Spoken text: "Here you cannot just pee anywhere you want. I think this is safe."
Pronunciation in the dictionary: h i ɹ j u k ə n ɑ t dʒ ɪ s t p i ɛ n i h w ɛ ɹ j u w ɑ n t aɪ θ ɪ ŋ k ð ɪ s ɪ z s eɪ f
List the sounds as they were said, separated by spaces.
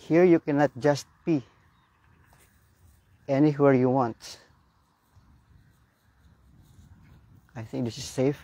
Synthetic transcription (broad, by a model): h i ɹ j u k ə n ɑ t dʒ ɪ s t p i ɛ n i h w ɛ ɹ j u w ɑ n t aɪ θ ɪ ŋ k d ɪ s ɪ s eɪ f